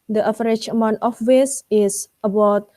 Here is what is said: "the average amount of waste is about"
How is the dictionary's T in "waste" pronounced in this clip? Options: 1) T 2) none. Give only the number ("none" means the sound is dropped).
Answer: 2